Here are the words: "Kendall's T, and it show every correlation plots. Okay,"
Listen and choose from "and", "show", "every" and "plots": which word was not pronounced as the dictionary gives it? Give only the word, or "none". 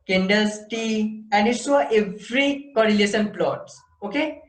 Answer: show